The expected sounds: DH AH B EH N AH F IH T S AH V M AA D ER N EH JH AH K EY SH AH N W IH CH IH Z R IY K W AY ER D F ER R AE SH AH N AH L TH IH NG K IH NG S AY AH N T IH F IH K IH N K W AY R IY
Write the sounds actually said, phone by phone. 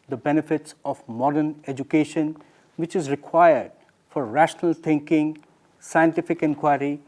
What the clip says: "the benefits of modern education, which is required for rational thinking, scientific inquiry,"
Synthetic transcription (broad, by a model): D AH B EH N AH F IH T S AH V M AA D ER N EH JH AH K EY SH AH N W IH CH IH Z R IY K W AY ER D F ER R AE SH AH N AH L T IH NG K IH NG S AY AH N T IH F IH K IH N K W AY R IY